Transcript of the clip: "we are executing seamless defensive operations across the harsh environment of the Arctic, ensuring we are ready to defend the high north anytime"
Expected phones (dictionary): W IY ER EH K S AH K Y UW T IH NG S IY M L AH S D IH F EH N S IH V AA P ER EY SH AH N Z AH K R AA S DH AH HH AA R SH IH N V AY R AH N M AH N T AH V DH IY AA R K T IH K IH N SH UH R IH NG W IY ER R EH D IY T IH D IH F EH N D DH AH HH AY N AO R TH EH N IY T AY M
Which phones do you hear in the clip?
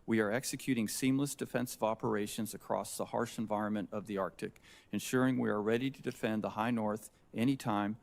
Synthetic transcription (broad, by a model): W IY ER EH K S AH K Y UW T IH NG S IY M L AH S D IH F EH N S IH V AA P ER EY SH AH N Z AH K R AA S DH AH HH AA R SH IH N V AY R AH N M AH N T AH V DH IY AA R K T IH K IH N SH UH R IH NG W IY ER R EH D IY T IH D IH F EH N DH AH HH AY N AO R TH EH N IY T AY M